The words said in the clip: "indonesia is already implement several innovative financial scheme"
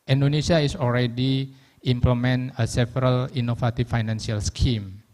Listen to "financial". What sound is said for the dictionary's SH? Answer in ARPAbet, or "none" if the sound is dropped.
S